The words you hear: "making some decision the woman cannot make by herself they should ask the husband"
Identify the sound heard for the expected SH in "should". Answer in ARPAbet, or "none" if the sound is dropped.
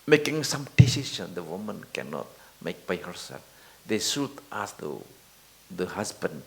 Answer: S